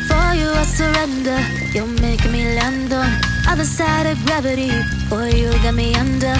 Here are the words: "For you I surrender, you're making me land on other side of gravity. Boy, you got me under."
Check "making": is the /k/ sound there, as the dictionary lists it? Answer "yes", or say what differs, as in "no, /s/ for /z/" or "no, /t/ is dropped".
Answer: no, /k/ is dropped